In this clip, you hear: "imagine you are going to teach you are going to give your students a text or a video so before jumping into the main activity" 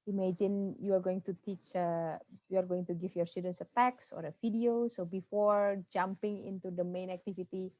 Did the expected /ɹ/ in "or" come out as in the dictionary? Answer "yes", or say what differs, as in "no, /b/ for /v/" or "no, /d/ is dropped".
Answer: yes